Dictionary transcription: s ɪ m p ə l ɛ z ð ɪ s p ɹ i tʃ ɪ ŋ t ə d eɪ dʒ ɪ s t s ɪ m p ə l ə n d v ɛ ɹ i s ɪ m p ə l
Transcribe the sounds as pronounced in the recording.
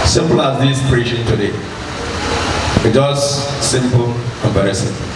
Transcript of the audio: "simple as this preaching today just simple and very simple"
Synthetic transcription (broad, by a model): s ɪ m p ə l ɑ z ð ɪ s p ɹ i ʃ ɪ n t ə d eɪ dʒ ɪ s s ɪ m p ə l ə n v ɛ ɹ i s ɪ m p